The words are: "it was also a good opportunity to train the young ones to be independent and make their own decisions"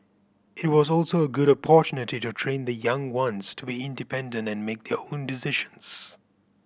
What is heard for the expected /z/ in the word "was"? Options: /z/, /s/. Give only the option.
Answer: /z/